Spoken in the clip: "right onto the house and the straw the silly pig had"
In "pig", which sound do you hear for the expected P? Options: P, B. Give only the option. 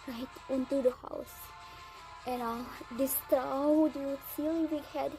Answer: B